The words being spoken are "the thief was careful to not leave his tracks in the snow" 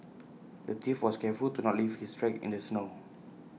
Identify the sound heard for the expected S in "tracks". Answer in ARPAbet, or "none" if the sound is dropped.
none